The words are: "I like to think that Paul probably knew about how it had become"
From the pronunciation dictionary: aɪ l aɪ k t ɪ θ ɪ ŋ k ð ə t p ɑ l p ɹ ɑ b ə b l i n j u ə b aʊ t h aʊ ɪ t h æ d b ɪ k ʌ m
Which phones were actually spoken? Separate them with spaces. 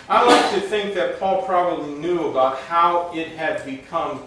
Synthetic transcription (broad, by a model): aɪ l aɪ k t ɪ θ ɪ ŋ k ð ə t p ɑ l p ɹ ɑ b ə b l i n j u ə b aʊ t h aʊ ɪ t h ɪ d b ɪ k ʌ m